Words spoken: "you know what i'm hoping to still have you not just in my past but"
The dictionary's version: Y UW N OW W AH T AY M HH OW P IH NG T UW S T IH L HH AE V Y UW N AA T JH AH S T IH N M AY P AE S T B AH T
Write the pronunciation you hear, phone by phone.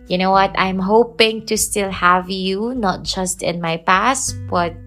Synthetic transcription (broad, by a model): Y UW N OW W AH T AY M HH OW P IH NG T UW S T IH L HH AE V Y UW N AA T JH AH S T IH N M AY P AE S T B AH T